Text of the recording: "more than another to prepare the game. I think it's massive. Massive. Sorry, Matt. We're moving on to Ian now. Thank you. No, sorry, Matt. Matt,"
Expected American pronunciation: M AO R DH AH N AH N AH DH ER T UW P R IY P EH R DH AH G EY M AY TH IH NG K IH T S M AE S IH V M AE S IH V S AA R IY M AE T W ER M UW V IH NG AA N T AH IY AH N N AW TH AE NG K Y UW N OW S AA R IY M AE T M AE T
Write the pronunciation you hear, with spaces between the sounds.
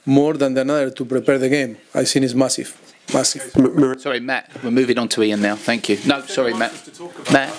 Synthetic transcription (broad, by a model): M AO R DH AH N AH N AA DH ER T UW P R IY P EH R DH AH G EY M AY S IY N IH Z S M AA S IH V M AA S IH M S AA R IY M AE T W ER M UW V IH NG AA N T AH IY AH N N AW TH AE NG K Y UW N OW S AA R IY M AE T M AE T